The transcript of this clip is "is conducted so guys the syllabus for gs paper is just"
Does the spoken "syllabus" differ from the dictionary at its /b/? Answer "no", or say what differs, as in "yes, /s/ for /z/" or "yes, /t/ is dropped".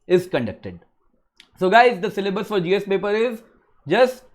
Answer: no